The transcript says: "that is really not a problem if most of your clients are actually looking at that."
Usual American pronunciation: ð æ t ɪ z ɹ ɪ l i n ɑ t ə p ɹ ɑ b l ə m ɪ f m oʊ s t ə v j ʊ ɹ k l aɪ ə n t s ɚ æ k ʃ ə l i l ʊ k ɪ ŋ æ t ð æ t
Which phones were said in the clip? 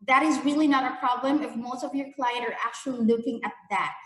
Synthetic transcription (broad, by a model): ð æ t ɪ z ɹ ɪ l i n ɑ t ə p ɹ ɑ b l ə m ɪ f m oʊ s t ə v j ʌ ɹ k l aɪ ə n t ɚ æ k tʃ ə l i l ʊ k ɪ ŋ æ t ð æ t